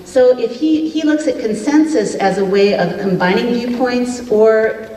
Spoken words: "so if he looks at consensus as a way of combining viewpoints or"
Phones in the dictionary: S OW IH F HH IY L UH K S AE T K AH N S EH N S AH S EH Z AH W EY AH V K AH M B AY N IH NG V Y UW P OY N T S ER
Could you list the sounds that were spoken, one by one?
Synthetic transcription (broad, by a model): S OW IH F HH IY L UH K S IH T K AH N S EH N S AH S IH Z AH W EY AH V K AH M B AY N IH NG V Y UW P OY N T S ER